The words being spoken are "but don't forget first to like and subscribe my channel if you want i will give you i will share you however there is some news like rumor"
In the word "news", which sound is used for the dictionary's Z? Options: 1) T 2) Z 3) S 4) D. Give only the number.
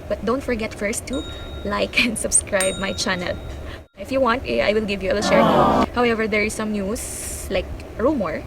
3